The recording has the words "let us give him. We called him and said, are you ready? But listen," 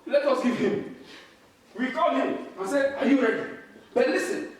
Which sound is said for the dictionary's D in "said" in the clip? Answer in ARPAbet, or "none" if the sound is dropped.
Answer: none